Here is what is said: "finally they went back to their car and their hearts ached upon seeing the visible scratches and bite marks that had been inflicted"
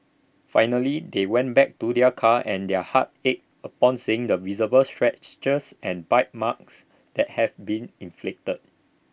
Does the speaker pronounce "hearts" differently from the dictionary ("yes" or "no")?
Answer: yes